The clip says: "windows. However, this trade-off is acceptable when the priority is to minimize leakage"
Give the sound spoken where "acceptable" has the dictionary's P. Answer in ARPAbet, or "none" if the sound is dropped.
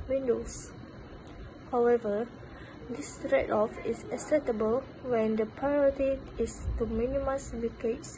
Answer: none